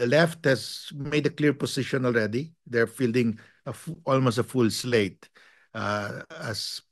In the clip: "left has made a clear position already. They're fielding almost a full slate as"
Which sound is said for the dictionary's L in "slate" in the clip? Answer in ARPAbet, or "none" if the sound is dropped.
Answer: L